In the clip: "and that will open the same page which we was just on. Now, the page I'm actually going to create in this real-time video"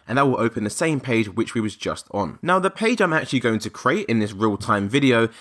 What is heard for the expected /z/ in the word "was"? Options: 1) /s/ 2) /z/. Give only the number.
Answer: 2